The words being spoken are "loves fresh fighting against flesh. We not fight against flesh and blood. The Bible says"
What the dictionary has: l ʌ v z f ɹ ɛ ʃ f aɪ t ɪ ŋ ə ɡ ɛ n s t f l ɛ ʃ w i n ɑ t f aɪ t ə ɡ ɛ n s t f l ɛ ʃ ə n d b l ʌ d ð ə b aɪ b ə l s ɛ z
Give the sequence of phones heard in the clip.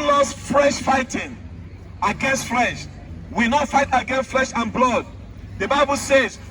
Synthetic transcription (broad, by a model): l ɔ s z f ɹ ɛ ʃ f aɪ t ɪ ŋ ə ɡ ɛ n s t f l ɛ ʃ w i n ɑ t f aɪ t ə ɡ ɛ n s t f l ɛ ʃ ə n b l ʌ d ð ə b aɪ b ə l s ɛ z